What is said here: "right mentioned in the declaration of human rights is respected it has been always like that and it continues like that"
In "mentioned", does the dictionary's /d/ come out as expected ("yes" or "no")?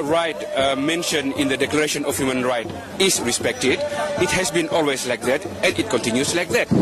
no